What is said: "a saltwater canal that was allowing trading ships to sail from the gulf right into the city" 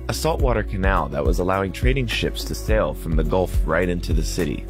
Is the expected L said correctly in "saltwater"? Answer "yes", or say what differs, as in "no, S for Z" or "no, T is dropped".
yes